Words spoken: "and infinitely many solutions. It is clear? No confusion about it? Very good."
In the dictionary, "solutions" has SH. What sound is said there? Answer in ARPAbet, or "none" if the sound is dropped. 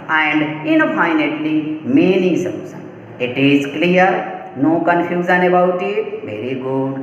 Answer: S